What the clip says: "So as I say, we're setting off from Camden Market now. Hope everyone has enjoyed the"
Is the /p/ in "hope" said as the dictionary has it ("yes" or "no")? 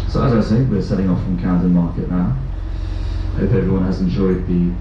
no